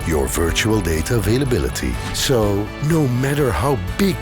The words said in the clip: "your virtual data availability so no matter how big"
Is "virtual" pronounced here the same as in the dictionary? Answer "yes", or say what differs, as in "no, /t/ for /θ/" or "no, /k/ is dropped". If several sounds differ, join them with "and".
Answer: yes